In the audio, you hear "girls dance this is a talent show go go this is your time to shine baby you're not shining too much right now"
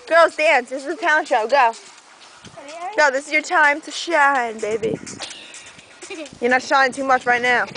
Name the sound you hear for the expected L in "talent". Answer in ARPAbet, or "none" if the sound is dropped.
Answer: none